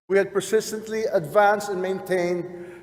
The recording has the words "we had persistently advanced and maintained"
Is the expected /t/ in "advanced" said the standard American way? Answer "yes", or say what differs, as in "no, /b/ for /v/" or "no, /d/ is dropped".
yes